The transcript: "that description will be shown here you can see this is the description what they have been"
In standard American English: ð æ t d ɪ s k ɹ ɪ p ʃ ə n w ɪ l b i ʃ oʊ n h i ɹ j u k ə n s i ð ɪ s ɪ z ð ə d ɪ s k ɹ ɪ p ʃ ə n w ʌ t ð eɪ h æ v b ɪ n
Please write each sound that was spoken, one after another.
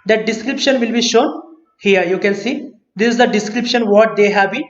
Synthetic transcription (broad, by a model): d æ t d ɪ s k ɹ ɪ p ʃ ə n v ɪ l b i ʃ oʊ n h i ɹ j u k ə n s i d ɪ s ɪ z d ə d ɪ s k ɹ ɪ p ʃ ə n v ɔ t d eɪ h æ v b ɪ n